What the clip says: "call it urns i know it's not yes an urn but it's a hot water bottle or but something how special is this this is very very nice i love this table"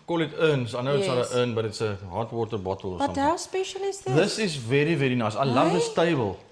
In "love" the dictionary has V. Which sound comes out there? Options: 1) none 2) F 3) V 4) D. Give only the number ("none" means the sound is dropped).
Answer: 3